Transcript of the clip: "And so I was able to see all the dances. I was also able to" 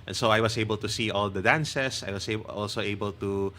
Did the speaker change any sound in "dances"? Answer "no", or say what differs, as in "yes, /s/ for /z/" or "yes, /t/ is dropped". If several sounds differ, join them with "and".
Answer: yes, /s/ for /z/